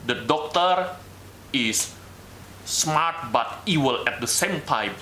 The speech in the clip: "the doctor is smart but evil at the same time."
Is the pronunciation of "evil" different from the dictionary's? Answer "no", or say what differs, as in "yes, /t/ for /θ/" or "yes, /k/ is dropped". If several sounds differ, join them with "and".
yes, /w/ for /v/